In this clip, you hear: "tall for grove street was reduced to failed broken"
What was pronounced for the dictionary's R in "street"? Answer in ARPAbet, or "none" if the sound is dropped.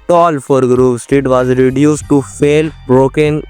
none